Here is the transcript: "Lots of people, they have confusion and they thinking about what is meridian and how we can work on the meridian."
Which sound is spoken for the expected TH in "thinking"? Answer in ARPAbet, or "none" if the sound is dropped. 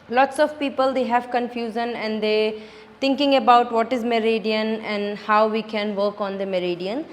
T